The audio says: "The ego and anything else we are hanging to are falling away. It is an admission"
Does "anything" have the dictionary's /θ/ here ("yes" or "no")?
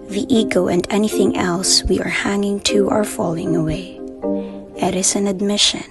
yes